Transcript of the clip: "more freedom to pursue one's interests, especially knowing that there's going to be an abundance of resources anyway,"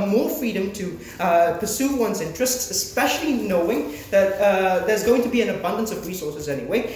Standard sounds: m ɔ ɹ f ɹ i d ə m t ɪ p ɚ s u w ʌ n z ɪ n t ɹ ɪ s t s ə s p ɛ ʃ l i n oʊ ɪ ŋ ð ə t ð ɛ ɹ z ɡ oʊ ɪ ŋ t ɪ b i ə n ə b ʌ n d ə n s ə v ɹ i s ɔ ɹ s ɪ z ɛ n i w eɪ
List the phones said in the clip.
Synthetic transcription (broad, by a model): m ɔ ɹ f ɹ i d ə m t ɪ p ɚ s u w ʌ n z ɪ n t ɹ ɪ s t s ə s p ɛ ʃ l i n oʊ ɪ ŋ ð ə t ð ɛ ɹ z ɡ oʊ ɪ ŋ t ɪ b i ə n ə b ʌ n d ə n s ə v ɹ i s ɔ ɹ s ɪ z ɛ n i w eɪ